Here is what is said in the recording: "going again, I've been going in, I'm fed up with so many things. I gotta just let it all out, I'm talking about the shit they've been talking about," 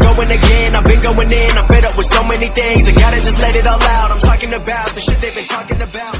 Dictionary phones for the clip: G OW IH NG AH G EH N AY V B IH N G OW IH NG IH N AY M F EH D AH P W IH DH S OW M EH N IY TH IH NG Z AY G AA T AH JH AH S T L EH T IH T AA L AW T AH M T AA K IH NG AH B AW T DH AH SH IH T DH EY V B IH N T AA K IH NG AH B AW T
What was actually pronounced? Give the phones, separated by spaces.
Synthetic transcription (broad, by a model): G OW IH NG AH G EH N AY V B IH N G OW IH NG IH N AY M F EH D AH P W IH DH S OW M EH N IY TH IH NG Z AY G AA T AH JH AH S T L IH T IH T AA L AW T AH M T AA K IH NG AH B AW T DH AH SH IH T DH EY V B IH N T AA K IH NG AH B AW T